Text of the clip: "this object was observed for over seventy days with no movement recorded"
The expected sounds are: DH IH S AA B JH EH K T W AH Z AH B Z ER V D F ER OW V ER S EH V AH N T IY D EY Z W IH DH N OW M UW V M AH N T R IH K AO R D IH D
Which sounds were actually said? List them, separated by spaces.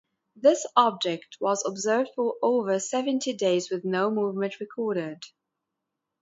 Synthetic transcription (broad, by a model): DH IH S AA B JH EH K T W AH Z AH B Z ER V D F ER OW V ER S EH V AH N T IY D EY Z W IH DH N OW M UW V M AH N T R IH K AO R D IH D